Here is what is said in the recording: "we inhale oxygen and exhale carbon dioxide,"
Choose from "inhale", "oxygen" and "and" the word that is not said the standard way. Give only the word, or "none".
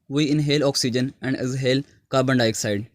none